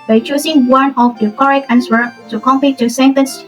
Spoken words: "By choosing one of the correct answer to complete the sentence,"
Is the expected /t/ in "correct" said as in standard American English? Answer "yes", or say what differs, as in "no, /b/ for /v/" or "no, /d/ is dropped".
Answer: no, /t/ is dropped